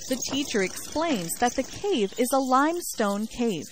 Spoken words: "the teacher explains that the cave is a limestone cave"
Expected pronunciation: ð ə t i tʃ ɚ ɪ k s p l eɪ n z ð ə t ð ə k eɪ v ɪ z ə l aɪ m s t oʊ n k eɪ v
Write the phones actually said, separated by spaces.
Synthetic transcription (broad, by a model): ð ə t i tʃ ɚ ɪ k s p l eɪ n z ð ə t ð ə k eɪ v ɪ z ə l aɪ m s t oʊ n k eɪ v